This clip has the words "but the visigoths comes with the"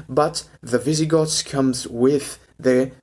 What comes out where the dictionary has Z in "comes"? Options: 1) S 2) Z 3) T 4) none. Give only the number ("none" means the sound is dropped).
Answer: 2